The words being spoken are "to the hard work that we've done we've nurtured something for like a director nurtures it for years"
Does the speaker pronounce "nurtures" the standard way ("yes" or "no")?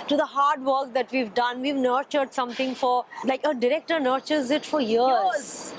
yes